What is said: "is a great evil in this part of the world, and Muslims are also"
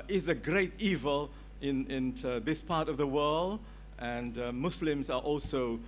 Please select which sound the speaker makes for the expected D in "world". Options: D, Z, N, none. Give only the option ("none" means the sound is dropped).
D